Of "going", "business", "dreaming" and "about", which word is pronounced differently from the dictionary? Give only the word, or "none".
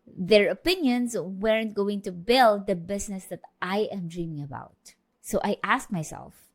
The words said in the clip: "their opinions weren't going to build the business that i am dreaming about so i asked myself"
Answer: business